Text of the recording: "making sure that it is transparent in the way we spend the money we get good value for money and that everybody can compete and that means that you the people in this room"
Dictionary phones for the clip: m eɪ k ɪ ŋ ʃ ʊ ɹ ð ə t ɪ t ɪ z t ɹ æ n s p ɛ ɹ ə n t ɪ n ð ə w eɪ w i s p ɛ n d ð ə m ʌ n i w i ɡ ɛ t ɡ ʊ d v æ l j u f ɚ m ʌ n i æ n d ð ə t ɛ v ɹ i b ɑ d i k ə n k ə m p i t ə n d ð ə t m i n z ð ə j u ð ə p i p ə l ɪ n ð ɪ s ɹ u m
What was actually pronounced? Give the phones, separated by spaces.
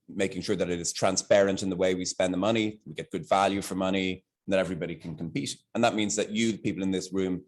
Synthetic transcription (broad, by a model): m eɪ k ɪ ŋ ʃ ʊ ɹ ð ə t ɪ t ɪ z t ɹ æ n s p ɛ ɹ ə n t ɪ n ð ə w eɪ w i s p ɛ n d ð ə m ʌ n i w i ɡ ɛ t ɡ ʊ d v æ l j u f ɚ m ʌ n i n ð ə t ɛ v ɹ i b ɑ d i k ə n k ə m p i t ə n ð ə t m i n z ð ə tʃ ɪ ð ə p i p l ɪ n ð ɪ s ɹ u m